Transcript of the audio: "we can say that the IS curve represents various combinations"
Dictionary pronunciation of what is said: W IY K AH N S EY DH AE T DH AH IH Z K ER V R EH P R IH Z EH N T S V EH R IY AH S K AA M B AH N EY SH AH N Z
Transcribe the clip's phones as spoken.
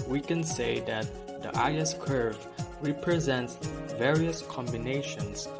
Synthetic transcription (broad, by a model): W IY K AH N S EY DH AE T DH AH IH S K ER V R EH P R IH Z EH N T S V EH R IY AH S K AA M B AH N EY SH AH N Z